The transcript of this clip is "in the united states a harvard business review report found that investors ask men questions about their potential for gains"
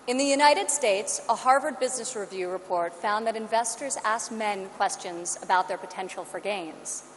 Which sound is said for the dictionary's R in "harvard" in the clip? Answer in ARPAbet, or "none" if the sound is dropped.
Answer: R